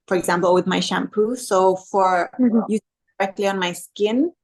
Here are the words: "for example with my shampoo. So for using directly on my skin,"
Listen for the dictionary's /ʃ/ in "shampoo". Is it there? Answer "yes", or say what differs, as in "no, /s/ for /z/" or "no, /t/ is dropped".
yes